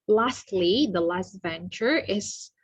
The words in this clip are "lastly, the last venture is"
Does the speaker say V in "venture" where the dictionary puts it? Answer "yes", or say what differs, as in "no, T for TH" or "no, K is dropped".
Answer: yes